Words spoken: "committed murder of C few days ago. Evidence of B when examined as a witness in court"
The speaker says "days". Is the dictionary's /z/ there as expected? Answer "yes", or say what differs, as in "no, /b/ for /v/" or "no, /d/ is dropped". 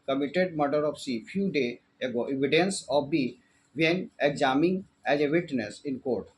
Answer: no, /z/ is dropped